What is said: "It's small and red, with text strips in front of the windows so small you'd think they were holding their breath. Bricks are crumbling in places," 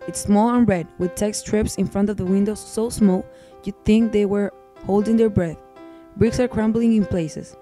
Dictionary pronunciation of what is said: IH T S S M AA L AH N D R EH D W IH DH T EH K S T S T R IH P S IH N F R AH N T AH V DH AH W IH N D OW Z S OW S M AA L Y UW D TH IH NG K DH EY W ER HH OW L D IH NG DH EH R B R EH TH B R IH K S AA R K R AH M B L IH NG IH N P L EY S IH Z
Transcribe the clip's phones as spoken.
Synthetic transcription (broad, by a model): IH T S S M AA L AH N R EH D W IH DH T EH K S S T R IH P S IH N F R AH N T AH V DH AH W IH N D OW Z S OW S M AA L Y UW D TH IH NG K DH EY W ER HH OW L D IH NG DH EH R B R EH TH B R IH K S AA R K R AH M B L IH NG IH N P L EY S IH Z